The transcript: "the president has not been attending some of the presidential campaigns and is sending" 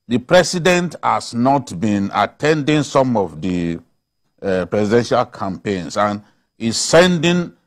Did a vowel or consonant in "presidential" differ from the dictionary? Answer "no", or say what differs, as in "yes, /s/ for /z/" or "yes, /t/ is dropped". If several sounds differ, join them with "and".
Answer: yes, /s/ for /z/